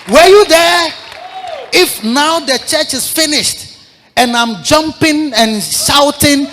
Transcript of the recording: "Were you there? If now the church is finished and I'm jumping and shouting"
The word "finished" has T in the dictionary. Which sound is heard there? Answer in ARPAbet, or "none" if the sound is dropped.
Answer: T